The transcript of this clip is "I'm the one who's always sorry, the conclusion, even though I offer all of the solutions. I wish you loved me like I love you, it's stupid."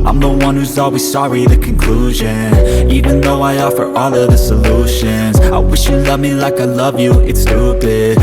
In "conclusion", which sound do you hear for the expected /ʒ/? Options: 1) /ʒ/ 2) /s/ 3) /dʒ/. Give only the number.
1